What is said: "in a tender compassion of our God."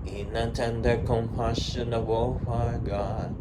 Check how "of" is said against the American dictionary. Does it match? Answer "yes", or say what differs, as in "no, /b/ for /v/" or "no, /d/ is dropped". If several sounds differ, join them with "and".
no, /b/ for /v/